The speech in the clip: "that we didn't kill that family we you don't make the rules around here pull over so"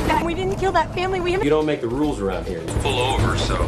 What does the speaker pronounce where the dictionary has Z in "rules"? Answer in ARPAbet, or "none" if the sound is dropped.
Z